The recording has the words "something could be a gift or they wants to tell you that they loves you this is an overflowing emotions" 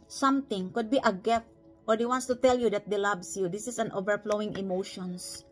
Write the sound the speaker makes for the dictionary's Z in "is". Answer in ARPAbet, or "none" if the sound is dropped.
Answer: S